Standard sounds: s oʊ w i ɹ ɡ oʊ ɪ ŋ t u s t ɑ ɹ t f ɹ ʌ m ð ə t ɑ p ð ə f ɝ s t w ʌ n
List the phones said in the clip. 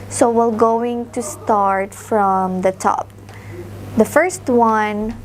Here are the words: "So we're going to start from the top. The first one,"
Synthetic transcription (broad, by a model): s oʊ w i l ɡ oʊ ɪ ŋ t u s t ɑ ɹ t f ɹ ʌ m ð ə t ɑ p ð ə f ɝ s t w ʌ n